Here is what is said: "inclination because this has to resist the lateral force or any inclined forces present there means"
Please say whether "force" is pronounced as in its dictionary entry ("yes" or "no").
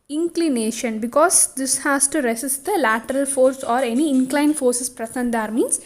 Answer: yes